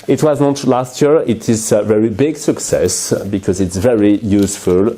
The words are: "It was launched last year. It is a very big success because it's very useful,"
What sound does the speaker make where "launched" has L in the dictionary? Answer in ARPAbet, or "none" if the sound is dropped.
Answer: N